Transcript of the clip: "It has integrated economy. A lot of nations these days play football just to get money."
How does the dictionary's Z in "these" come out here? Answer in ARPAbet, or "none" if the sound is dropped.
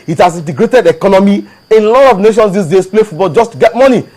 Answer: S